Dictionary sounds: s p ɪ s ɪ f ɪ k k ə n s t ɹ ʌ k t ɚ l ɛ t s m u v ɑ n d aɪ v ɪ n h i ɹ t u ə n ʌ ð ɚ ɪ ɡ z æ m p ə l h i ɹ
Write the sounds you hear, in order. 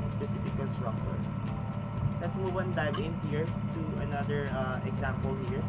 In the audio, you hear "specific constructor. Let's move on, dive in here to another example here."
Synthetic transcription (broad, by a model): s p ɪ s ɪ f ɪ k k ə l s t ɹ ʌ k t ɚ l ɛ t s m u w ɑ n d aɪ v ɪ n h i ɹ t u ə n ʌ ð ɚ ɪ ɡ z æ m p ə l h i ɹ